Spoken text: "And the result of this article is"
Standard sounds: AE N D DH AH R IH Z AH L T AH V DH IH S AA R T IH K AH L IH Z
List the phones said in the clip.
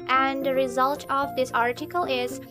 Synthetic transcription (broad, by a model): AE N D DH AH R IH Z AH L T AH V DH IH S AA R T IH K AH L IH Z